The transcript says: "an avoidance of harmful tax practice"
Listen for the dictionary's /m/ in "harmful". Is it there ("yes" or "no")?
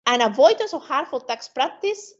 no